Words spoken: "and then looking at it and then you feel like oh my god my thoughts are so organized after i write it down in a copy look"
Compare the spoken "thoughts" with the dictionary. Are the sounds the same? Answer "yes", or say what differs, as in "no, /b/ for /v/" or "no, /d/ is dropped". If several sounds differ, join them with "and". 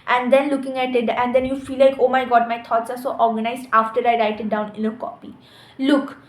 no, /t/ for /θ/